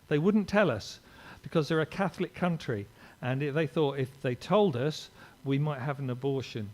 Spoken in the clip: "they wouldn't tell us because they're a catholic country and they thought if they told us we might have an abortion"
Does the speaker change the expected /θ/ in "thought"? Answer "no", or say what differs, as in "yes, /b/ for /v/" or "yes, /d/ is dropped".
no